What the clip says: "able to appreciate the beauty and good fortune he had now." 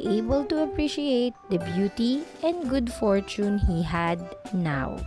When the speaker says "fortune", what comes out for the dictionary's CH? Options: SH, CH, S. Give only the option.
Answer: CH